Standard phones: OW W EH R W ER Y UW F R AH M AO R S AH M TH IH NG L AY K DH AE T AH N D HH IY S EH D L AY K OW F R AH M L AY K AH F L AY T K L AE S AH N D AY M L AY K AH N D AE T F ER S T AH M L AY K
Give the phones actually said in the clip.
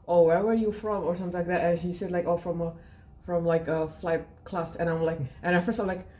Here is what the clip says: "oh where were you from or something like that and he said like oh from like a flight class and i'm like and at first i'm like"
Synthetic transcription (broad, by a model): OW W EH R W ER Y UW F R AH M AO R S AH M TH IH L AY K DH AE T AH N HH IY S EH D L AY K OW F R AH M L AY K AH F L AY T K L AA S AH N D AY M L AY K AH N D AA F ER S AH M L AY K